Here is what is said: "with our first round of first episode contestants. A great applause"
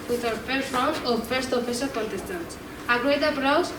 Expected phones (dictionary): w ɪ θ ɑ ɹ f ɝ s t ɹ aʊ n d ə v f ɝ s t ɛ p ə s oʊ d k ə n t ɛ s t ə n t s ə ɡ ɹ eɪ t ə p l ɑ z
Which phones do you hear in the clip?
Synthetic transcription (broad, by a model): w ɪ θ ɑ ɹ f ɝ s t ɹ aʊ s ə f ɝ s t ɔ f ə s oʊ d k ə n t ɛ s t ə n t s ə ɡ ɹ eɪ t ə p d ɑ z